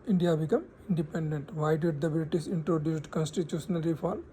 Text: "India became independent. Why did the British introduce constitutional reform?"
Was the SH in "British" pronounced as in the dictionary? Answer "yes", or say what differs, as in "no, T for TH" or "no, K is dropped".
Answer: no, S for SH